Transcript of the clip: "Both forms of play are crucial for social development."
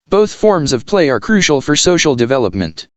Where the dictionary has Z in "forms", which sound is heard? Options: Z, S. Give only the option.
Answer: Z